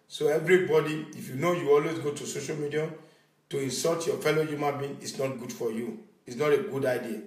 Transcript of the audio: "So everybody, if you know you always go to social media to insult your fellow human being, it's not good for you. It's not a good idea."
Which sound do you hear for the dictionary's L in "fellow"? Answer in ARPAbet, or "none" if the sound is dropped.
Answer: L